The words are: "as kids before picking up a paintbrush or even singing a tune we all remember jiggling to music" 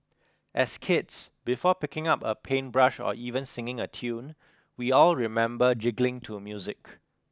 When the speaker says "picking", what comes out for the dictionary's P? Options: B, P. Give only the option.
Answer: P